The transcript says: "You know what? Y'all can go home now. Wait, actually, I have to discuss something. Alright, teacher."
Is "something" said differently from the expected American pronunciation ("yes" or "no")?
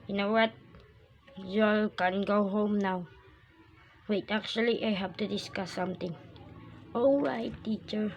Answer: yes